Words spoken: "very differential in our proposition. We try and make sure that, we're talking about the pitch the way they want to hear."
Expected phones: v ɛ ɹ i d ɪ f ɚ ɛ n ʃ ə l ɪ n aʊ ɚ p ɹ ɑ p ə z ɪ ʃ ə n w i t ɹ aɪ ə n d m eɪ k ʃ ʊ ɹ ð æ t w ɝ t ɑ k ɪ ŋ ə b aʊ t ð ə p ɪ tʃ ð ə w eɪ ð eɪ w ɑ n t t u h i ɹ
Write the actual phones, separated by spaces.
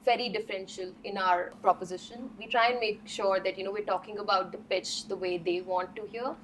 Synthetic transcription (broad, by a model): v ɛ ɹ i d ɪ f ɚ ɛ n ʃ ə l ɪ n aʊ ɚ p ɹ ɑ p ə z ɪ ʃ ə n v i t ɹ aɪ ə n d m eɪ k ʃ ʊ ɹ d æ t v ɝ t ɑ k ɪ ŋ ə b aʊ t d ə p ɪ tʃ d ə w eɪ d eɪ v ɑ n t t u h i ɹ